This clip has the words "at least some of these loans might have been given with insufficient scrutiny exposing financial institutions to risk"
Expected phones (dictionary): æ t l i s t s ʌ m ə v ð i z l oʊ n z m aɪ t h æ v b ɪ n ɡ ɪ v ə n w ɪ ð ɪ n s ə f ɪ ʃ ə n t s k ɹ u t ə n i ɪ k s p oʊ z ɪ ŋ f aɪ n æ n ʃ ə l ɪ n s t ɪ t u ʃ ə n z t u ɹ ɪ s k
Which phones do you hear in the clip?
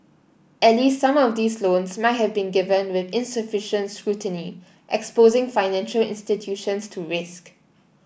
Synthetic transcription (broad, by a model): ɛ t l i s t s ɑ m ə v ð i s l oʊ n s m aɪ t h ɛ v b ɪ n ɡ ɪ v ə n w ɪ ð ɪ n s ə f ɪ ʃ ə n t s k ɹ u t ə n i ɪ k s p oʊ z ɪ ŋ f aɪ n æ n ʃ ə l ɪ n s t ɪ t u ʃ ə n s t u ɹ ɪ s k